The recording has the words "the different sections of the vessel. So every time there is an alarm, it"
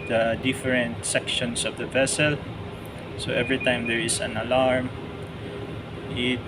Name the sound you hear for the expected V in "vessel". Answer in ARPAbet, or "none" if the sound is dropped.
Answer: V